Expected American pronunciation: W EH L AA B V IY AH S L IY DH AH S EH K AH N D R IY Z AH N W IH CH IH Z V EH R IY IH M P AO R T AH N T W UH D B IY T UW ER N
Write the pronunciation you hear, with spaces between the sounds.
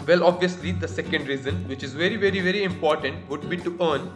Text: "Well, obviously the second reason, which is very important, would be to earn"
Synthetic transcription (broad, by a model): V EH L AA B V IY AH S L IY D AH S EH K AH N D R IY Z AH N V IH CH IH Z V EH R IY IH M P AO R T AH N T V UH D B IY T UW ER N